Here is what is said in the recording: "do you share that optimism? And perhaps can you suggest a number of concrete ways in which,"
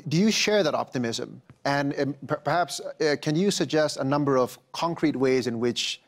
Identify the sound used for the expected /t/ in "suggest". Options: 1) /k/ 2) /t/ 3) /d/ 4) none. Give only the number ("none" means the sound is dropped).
2